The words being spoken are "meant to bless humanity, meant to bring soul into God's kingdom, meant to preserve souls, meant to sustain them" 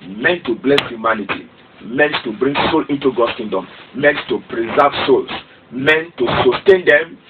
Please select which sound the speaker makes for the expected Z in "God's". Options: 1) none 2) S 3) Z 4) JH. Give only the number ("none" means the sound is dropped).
2